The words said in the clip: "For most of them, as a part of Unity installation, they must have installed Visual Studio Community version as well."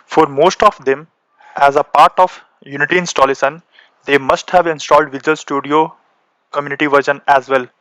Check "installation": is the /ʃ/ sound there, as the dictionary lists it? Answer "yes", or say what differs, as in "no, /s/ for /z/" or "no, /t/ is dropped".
no, /s/ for /ʃ/